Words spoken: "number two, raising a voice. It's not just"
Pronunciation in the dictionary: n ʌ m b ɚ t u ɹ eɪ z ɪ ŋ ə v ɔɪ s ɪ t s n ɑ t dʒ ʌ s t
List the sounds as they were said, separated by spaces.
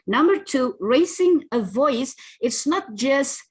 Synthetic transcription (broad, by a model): n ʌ m b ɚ t u ɹ eɪ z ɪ ŋ ə v ɔɪ s ɪ t s n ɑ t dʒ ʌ s t